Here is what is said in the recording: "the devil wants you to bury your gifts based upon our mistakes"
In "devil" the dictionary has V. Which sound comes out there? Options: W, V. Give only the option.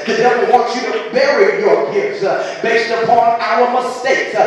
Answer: W